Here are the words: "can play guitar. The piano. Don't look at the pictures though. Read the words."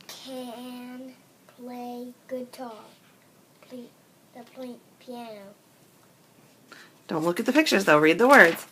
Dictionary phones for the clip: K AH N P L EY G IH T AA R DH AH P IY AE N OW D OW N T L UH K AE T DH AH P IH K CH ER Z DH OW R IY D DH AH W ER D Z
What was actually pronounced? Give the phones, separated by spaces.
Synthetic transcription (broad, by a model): K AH N P L EY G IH T AA L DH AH P IY AE N OW D OW N T L UH K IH T DH AH P IH K CH ER Z DH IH R IY D DH AH W ER D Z